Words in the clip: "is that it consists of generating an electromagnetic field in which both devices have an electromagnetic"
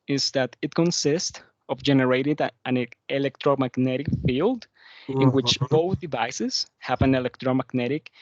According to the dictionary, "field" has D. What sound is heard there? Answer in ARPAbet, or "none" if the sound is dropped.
D